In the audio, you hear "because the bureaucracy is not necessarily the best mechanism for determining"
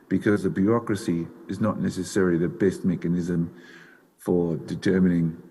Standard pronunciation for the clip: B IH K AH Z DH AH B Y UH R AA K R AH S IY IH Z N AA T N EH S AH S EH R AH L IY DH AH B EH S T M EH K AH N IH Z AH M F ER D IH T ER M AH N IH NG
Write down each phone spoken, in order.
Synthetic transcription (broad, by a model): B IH K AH Z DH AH B Y UH R AA K R AH S IY IH Z N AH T N EH S AH S EH R AH L IY DH AH B EH S T M EH K AH N IH Z AH M F ER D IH T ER M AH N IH NG